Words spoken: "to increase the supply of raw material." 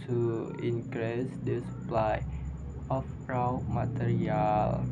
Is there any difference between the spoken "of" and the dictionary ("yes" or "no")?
yes